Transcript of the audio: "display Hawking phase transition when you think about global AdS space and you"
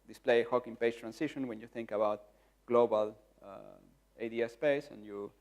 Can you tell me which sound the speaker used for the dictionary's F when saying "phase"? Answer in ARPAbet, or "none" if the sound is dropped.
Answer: P